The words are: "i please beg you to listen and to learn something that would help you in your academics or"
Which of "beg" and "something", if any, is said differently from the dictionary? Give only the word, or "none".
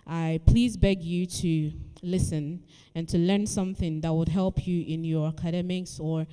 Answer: none